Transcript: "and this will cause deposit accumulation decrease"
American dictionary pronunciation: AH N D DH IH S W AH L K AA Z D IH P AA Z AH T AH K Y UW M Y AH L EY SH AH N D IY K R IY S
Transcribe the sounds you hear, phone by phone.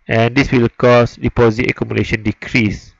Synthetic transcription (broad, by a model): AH N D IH S W AH L K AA S D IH P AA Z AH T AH K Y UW M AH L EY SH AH N D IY K R IY S